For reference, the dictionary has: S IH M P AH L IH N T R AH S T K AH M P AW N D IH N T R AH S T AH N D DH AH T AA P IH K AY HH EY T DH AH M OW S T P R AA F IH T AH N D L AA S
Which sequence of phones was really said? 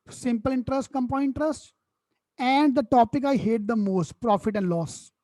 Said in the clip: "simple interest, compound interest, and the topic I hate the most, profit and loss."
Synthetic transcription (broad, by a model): S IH M P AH L IH N T R AH S T K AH M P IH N IH N T R AH S T AH N D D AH T AA P IH K AY HH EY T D AH M OW S T P R AA F IH T AH N D L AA S